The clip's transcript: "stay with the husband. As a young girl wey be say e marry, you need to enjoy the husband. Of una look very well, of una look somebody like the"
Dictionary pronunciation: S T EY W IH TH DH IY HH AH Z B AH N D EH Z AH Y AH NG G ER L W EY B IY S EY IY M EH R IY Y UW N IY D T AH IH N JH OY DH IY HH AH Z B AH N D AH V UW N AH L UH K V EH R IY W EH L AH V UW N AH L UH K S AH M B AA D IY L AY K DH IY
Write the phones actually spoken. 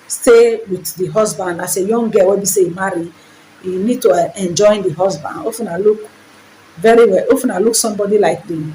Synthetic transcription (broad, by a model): S T EY W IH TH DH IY HH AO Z B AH N D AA S AH Y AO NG G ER W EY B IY S EY IY M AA R IY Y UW N IY D T AH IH N JH OY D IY HH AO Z B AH N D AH F UW N AH L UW K V EH R IY W EH L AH F UW N AH L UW K S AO M B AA D IY L AY K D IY